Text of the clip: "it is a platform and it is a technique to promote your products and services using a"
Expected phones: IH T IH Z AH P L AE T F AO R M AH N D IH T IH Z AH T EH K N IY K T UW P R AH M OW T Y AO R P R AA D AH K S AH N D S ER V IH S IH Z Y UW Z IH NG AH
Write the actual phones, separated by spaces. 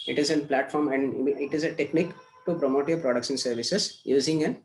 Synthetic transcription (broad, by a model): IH T IH Z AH P L AE T F AO R M AH N D IH T IH Z AH T EH K N IY K T UW P R AH M OW T Y AO R P R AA D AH K SH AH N S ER V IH S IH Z Y UW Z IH NG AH